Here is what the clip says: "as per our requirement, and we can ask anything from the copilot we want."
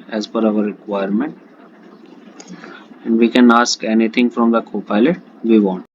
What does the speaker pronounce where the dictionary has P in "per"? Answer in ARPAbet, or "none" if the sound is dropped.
F